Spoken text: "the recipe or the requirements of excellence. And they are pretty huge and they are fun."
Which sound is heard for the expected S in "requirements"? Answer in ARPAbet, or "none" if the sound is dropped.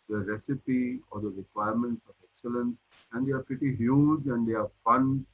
S